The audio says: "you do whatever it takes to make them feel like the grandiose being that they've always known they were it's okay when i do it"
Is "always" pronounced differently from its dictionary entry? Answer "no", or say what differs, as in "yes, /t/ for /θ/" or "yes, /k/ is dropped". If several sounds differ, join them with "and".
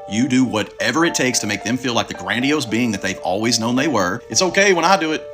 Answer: no